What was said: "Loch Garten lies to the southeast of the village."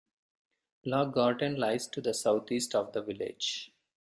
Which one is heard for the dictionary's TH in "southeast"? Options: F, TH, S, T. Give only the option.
T